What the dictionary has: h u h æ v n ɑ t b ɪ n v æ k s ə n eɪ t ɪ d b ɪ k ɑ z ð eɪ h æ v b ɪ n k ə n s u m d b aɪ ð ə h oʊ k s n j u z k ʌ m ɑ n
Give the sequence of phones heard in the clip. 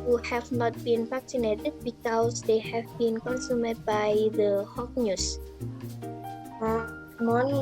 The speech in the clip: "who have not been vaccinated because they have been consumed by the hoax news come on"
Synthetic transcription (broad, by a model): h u h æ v n ɑ t b ɪ n p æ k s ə n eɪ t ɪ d b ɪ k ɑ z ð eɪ h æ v b ɪ n k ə n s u m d b aɪ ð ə h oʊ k n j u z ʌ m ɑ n